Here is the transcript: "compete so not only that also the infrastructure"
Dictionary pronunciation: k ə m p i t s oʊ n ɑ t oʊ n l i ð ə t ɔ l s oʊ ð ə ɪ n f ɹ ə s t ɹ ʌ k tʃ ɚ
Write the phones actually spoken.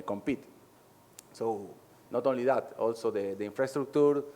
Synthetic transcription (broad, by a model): k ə m p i t s oʊ n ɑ t oʊ n l i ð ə t ɔ l s oʊ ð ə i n f ɹ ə s t ɹ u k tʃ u